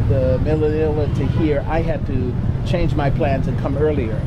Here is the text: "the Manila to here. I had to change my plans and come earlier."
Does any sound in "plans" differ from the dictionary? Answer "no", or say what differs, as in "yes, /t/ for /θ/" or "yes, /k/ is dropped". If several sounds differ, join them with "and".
no